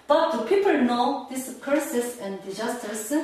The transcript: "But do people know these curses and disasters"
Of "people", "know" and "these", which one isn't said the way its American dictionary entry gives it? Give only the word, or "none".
these